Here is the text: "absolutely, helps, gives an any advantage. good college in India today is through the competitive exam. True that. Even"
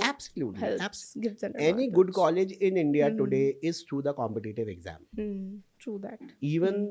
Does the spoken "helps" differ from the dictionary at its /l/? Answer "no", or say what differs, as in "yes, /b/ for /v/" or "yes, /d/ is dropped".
yes, /l/ is dropped